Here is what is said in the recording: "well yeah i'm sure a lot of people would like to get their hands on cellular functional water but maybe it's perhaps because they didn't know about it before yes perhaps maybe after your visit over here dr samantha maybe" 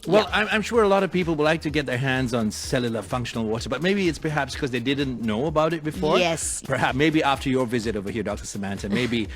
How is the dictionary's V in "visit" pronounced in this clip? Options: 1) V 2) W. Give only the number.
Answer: 1